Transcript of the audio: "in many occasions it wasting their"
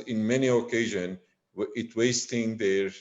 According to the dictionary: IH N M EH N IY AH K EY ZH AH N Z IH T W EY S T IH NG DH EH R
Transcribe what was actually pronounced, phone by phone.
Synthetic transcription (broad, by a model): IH N M EH N IY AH K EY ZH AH N IH T W EY S T IH NG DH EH R